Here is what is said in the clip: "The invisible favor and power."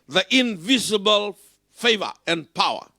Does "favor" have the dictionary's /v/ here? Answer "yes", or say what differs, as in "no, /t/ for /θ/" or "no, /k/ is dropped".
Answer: yes